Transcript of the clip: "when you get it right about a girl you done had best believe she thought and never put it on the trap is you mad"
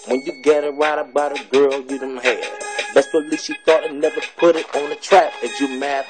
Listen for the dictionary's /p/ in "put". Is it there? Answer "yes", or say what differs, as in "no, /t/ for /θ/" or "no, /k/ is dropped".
yes